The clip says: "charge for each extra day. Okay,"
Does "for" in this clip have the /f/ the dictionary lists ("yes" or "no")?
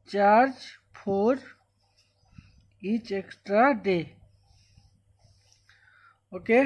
no